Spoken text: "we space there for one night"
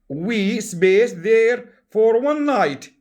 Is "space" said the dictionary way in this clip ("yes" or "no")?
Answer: no